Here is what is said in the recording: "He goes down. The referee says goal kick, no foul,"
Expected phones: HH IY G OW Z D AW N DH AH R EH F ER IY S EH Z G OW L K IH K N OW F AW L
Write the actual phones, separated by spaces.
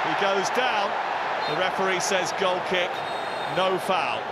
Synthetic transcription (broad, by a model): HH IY G OW Z D AW N DH AH R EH P ER IY S EH Z G OW L K IH K N OW F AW L